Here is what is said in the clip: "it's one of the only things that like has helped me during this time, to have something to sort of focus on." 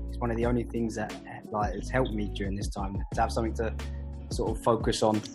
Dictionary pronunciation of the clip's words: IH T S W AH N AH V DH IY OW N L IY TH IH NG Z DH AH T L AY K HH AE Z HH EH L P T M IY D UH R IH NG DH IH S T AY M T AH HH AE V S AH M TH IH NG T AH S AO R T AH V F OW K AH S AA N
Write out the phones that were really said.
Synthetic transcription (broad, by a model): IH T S W AH N AH V DH IY OW N L IY TH IH NG Z DH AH T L AY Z HH EH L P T M IY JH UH R IH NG DH IH S T AY M T AH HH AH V S AH M TH IH NG T AH S AO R T AH V F OW K AH S N